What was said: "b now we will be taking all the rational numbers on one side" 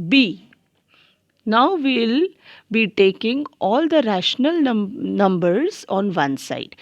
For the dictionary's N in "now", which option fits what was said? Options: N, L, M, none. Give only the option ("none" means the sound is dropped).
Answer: N